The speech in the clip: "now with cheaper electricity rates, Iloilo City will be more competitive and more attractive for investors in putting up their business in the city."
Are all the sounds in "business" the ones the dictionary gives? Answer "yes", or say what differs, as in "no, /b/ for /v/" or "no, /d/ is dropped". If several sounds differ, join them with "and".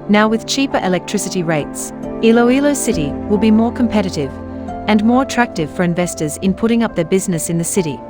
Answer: yes